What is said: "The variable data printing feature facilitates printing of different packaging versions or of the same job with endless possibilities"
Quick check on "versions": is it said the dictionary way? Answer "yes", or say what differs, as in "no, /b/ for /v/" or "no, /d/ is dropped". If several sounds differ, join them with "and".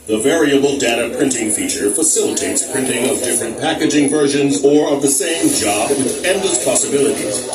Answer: yes